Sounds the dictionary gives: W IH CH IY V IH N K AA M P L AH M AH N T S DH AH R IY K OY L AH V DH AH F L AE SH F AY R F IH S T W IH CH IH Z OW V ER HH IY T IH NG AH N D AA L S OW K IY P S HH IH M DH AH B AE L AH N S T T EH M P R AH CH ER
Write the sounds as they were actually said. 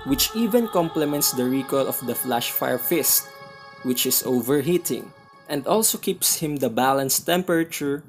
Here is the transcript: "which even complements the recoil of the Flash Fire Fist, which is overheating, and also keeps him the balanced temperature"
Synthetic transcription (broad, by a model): W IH CH IY V IH N K AA M P L AH M AH N T S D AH R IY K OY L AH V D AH F L AE SH F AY R F IH S T W IH CH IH S OW V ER HH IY T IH NG AH N D AA L S OW K IY P S HH IH M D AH B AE L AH N S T T EH M P R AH CH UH